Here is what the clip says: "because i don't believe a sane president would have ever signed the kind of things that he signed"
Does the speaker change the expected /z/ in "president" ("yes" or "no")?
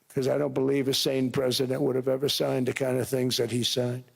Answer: no